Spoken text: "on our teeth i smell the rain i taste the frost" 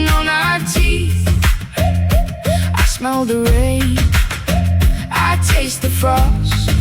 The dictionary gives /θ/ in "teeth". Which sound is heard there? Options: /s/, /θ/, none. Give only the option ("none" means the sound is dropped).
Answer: /θ/